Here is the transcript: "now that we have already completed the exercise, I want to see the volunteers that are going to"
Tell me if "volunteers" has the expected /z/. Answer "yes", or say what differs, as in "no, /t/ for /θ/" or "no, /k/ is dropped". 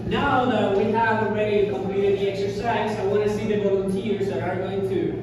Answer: yes